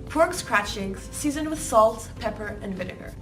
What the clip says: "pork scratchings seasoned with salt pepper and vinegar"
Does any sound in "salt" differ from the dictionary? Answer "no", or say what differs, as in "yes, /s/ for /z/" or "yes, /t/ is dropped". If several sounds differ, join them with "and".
no